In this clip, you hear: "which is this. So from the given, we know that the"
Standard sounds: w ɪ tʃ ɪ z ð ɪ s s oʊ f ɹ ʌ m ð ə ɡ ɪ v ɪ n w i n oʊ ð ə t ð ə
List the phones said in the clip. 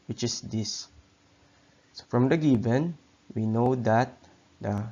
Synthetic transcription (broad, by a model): w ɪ tʃ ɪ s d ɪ s s oʊ f ɹ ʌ m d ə ɡ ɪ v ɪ n w i n oʊ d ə t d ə